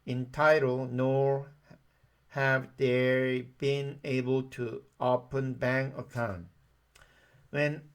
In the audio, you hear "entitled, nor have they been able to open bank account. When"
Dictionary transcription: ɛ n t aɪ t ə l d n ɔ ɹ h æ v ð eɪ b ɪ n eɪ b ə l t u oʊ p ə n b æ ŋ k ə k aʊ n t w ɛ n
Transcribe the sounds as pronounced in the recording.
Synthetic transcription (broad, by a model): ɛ n t aɪ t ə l n ɔ ɹ h æ v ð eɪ b ɪ n eɪ b ə l t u oʊ p ə n b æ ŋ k ə k aʊ n t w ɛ n